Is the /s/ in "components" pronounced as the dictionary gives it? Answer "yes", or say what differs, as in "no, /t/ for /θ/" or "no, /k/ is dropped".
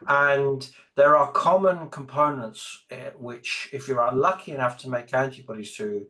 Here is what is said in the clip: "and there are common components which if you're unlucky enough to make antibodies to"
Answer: yes